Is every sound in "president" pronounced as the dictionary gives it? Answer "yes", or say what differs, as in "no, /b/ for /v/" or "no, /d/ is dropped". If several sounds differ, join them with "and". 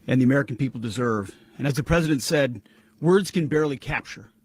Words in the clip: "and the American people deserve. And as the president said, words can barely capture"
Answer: yes